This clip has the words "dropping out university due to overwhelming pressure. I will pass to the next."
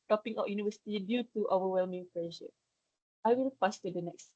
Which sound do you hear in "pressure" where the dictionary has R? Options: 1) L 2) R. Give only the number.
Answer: 1